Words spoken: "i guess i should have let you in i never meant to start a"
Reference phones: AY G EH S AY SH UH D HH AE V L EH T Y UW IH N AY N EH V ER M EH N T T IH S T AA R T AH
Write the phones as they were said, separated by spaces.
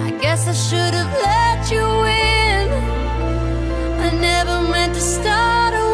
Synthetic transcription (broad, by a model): AY G EH S AY SH UH D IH V L EH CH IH IH N AY N EH V ER M EH N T T IH S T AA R T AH